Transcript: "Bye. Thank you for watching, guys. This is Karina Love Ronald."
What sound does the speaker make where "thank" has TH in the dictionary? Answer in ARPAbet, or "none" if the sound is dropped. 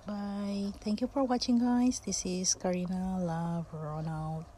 T